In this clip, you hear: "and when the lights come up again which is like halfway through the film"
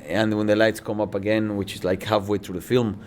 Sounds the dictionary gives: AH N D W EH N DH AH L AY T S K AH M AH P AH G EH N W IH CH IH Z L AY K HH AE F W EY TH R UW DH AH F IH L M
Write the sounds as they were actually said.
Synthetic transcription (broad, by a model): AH N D W EH N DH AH L AY T S K AH M AH P AH G EH N W IH CH IH Z L AY K HH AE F W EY TH R UW DH AH F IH L M